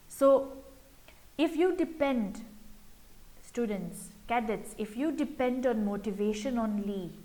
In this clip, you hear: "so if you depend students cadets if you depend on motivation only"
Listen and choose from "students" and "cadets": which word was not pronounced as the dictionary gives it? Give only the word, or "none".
none